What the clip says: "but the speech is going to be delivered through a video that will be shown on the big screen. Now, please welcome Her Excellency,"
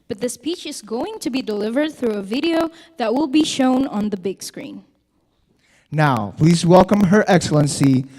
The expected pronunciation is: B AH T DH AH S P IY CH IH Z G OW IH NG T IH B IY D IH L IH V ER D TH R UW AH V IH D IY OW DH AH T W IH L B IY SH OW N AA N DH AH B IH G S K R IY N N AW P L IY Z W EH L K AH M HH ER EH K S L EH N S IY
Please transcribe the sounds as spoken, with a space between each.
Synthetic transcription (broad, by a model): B AH T DH AH S P IY CH IH Z G OW IH NG T IH B IY D IH L IH V ER D TH R UW AH V IH D IY OW DH AH T W IH L B IY SH OW N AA N DH AH B IH G S K R IY N N AW P L IY Z W EH L K AH M HH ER EH K S L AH N S IY